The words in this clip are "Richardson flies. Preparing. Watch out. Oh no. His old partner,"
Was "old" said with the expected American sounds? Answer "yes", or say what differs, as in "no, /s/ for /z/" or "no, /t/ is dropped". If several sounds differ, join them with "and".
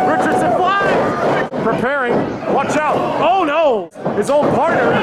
no, /n/ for /l/